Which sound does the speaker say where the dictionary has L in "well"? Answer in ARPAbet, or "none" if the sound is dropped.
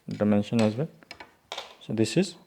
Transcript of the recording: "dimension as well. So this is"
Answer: N